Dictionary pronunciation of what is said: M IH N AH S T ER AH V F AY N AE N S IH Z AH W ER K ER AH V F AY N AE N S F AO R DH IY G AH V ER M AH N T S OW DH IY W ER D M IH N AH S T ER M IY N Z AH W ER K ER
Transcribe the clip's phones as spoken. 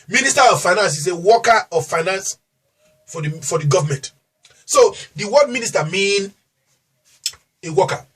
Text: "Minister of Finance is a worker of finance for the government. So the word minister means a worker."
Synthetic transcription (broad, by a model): M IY N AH S T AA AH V F AY N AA N S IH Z AH W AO K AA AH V F AY N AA N S F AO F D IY G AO V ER M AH N T S OW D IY W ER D M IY N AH S T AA M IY N AH W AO K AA